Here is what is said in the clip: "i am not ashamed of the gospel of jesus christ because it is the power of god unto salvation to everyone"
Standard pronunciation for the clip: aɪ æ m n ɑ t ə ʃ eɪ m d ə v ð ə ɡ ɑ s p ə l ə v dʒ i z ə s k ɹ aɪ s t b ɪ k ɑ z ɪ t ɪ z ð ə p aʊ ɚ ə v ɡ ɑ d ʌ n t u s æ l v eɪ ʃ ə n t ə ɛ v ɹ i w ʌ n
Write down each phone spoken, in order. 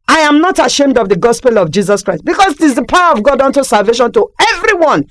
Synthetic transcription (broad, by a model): aɪ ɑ m n ɑ t ə ʃ eɪ m d ə v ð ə ɡ ɑ s p ə l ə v dʒ i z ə s k ɹ aɪ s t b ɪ k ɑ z ɪ t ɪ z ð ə p aʊ ɚ ə v ɡ ɑ d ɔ n t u s æ l v eɪ ʃ ə n t ə ɛ v ɹ i w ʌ n